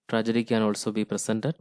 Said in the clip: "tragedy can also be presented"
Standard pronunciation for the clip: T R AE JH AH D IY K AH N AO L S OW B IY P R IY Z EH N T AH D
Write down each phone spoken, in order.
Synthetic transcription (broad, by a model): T R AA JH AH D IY K AH N AO L S OW B IY P R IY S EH N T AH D